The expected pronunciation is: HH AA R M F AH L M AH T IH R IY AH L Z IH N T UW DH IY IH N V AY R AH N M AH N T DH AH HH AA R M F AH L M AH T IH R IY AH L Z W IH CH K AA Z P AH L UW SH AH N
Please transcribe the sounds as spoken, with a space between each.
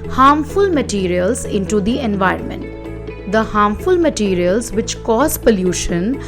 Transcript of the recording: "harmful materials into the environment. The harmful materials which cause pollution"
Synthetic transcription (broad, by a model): HH AA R M F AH L M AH T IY R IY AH L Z IH N T UW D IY IH N V AY R AH N M AH N T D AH HH AA R M F AH L M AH T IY R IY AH L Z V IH CH K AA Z P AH L UW SH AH N